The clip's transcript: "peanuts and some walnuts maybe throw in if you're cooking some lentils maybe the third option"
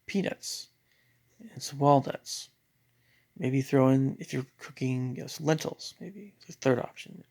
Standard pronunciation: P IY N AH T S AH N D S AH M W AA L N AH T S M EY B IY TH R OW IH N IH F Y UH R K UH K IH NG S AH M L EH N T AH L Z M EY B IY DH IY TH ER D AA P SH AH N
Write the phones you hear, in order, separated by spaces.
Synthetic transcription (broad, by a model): P IY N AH T S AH N S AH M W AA L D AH T S M EY B IY TH R OW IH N IH F Y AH R K UH K IH NG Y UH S L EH N T L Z M EY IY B IY TH ER D AA P SH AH N